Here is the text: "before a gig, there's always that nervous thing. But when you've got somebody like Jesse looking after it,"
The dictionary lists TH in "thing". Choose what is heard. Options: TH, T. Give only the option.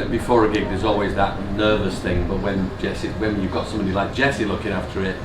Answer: TH